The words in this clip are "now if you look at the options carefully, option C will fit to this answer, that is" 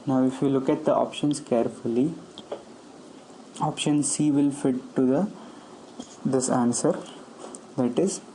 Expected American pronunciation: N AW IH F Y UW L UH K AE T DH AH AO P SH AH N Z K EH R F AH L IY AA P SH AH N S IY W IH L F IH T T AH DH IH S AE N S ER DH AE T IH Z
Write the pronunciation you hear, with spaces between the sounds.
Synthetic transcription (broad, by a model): N AW IH F Y UW L UH K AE T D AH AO P SH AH N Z K EH R F AH L IY AA P SH AH N S IY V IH L F IH T T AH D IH S AE N S ER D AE T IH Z